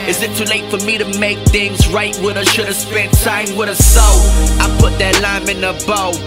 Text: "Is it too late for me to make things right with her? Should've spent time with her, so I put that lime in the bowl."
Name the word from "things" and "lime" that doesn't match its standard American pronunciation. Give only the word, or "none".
none